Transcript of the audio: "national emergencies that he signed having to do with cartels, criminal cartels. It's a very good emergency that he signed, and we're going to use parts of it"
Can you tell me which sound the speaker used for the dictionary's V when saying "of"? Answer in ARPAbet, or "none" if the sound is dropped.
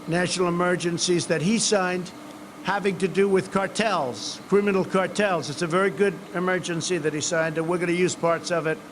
V